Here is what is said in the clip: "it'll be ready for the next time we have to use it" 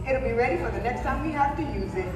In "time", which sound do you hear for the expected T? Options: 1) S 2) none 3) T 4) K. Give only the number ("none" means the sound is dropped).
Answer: 1